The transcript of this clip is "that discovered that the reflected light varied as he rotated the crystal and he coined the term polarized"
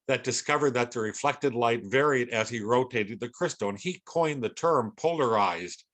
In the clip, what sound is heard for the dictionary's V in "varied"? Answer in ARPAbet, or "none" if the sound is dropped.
V